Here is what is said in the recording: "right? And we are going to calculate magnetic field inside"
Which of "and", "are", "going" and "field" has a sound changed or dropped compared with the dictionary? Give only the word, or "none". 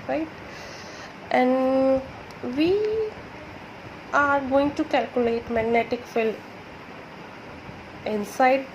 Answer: field